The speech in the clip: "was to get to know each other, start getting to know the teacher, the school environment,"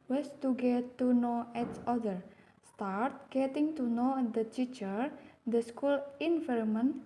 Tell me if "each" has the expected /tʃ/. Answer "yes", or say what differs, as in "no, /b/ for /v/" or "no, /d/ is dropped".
no, /s/ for /tʃ/